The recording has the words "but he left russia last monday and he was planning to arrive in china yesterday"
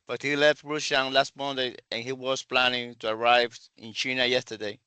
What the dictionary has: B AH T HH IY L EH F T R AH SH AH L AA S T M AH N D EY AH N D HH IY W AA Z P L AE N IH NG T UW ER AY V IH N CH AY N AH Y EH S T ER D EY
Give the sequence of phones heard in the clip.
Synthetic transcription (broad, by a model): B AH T HH IY L EH F T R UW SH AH L AA S T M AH N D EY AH N HH IY W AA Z P L AE N IH NG T UW ER AY V IH N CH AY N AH Y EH S T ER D EY